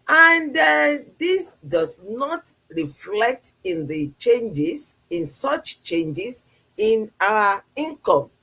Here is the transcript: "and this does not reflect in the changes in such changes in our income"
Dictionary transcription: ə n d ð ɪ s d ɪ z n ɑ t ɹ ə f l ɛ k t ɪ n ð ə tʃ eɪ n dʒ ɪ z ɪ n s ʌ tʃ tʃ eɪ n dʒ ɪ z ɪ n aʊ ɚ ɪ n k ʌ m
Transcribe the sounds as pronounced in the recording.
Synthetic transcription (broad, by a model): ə n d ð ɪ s d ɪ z n ɑ t ɹ ə f l ɛ k t ɪ n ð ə tʃ eɪ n dʒ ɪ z ɪ n s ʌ tʃ tʃ eɪ n dʒ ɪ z ɪ n aʊ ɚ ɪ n k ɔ m